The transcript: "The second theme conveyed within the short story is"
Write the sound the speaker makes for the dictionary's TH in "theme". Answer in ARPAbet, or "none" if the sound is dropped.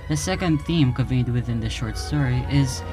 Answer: TH